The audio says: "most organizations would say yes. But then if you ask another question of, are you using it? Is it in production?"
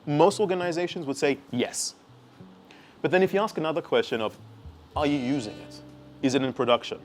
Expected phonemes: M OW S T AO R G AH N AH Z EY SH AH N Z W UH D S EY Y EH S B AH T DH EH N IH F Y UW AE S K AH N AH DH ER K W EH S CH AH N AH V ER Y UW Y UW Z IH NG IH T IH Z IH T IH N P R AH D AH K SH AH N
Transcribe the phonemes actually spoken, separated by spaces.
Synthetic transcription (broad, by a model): M OW S T AO R G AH N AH Z EY SH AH N Z W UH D S EY Y EH S B AH T DH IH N IH F Y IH AE S K AH N AH DH ER K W EH S CH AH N AH V ER Y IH Y UW Z IH NG IH T IH Z IH T IH N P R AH D AH K SH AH N